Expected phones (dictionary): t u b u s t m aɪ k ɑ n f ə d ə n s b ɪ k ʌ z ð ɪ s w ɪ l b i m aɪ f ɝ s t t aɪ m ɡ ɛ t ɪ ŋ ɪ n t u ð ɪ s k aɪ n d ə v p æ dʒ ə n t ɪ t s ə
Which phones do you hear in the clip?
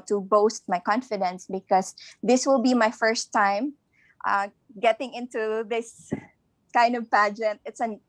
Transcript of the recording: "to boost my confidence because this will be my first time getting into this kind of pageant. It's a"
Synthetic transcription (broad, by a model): t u b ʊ s t m aɪ k ɑ n f ə d ə n s b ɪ k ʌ s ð ɪ s w ɪ l b i m aɪ f ɝ s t t aɪ m ɡ ɛ t ɪ ŋ ɪ n t u ð ɪ s k aɪ n d ə v p æ dʒ ə n t ɪ t s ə